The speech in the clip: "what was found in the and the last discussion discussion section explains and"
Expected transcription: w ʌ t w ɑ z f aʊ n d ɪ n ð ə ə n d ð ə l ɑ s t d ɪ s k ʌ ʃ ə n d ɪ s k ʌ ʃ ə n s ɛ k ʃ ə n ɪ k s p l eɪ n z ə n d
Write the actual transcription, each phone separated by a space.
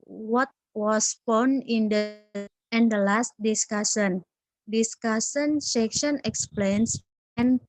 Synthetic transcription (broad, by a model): w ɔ t w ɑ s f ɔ n ɪ n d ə ə n d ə l ɑ s t d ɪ s k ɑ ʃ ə n d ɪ s k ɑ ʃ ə n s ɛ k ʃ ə n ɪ k s p l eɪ n s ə n